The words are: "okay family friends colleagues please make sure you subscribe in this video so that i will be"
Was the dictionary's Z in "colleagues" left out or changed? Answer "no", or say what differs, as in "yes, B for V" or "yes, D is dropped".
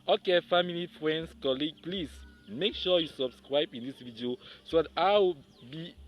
yes, Z is dropped